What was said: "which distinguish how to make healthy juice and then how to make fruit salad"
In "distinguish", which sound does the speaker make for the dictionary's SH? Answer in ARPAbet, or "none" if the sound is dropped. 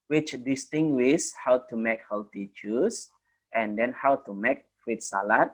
S